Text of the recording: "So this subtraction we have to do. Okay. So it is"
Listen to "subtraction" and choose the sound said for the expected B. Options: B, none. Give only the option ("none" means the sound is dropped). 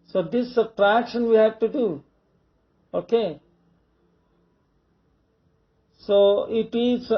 none